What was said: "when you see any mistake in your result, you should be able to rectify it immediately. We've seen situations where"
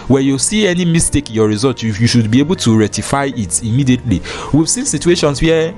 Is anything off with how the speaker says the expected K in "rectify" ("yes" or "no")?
yes